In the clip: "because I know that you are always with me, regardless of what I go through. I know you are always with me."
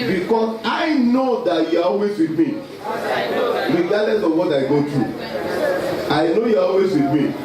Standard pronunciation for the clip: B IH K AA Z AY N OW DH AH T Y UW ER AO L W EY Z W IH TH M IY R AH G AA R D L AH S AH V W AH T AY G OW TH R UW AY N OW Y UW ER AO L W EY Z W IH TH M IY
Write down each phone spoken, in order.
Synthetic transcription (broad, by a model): B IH K AA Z AY N OW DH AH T Y UW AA AO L W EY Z W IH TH M IY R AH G AA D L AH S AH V W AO T AY G OW T R UW AY N OW Y UW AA AO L W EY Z W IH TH M IY